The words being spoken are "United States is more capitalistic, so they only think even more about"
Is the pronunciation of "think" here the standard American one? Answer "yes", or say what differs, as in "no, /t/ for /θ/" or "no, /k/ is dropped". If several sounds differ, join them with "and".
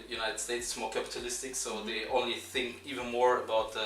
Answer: yes